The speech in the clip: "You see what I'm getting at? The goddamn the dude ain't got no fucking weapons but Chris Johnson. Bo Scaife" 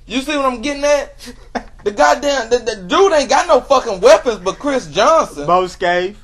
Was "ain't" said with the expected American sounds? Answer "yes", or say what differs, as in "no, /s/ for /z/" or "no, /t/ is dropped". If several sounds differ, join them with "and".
no, /n/ is dropped